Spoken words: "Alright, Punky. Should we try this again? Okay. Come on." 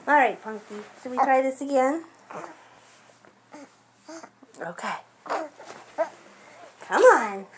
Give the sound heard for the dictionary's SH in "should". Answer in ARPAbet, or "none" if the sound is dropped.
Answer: S